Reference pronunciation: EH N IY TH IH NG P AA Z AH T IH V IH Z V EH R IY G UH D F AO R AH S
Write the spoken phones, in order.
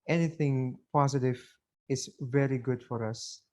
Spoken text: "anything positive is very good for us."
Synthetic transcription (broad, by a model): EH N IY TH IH NG P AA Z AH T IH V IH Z V EH R IY G UH D F AO R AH S